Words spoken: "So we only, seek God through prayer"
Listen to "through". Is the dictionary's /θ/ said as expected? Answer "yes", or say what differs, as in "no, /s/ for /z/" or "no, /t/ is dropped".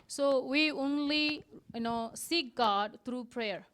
no, /t/ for /θ/